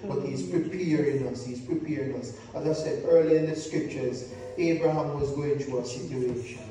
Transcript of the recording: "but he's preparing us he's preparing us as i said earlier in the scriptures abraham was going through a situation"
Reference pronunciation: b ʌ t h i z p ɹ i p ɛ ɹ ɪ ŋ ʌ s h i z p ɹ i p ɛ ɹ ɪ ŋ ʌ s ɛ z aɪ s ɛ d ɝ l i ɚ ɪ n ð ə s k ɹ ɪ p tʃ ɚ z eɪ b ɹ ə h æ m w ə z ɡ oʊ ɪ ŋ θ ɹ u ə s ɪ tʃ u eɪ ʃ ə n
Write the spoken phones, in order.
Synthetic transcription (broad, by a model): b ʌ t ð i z p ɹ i p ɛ ɹ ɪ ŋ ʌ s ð i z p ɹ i p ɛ ɹ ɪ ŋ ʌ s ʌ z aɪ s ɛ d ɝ l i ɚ ɪ n ð ə s k ɹ ɪ p tʃ ɚ z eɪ b ɹ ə h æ m w ə z ɡ oʊ ɪ ŋ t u ə s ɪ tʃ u eɪ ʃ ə n